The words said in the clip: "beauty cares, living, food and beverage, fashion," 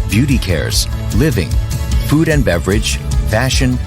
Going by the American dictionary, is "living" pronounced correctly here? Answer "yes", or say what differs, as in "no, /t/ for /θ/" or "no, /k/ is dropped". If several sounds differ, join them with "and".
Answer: yes